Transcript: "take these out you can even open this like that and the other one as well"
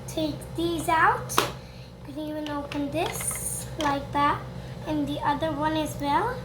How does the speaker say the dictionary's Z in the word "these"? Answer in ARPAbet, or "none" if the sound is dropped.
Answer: Z